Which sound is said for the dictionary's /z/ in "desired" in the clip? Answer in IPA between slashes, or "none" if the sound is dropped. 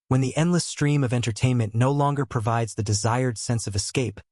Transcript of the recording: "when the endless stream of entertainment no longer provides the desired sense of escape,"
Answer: /z/